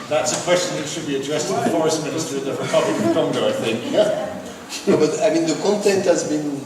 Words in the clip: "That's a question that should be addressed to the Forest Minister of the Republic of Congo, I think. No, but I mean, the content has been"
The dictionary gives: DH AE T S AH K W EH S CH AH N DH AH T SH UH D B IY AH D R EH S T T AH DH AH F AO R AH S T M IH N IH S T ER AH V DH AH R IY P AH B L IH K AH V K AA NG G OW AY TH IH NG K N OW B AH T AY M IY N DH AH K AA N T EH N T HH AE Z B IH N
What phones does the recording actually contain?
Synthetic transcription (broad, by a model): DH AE T S AH K W EH S CH AH N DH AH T SH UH D B IY AH D R EH S T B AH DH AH F AO R AH S T M IH N IH S T ER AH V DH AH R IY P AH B L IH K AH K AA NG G OW AY TH IH NG K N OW B AH T AY M IY N DH AH K AA N T EH N T HH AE Z B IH N